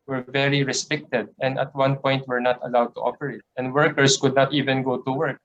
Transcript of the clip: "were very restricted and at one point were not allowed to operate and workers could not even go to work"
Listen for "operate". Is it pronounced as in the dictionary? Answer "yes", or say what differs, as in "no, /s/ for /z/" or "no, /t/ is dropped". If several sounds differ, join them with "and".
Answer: no, /f/ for /p/